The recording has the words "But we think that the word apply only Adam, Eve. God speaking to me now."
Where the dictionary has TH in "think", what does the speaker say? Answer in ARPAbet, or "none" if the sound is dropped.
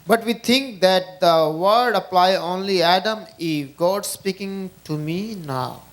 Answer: T